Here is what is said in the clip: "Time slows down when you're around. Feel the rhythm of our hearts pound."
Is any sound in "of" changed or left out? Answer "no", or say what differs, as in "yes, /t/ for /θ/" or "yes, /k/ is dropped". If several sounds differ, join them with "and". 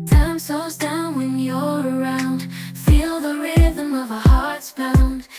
no